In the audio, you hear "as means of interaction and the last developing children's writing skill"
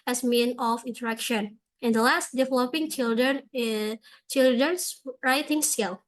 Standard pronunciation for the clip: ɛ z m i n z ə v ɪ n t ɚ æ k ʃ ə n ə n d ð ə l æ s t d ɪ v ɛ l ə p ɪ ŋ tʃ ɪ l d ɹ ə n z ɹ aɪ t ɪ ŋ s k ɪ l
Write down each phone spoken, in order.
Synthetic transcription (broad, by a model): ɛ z m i n ə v ɪ n t ɚ æ k ʃ ə n ə n d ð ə l æ s t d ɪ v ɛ l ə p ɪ ŋ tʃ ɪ l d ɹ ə n s ɹ aɪ t ɪ ŋ s k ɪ l